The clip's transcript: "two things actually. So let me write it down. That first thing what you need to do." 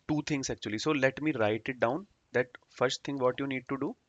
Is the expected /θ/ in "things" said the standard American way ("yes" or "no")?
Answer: no